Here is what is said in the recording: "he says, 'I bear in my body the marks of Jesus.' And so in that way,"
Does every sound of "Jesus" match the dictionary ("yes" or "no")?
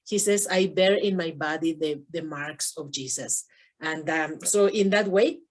no